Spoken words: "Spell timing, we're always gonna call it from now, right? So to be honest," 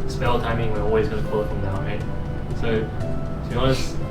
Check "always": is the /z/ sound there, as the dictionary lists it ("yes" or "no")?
yes